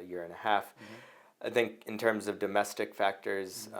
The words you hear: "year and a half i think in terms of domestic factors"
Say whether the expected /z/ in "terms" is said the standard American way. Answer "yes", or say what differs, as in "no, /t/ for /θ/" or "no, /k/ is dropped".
yes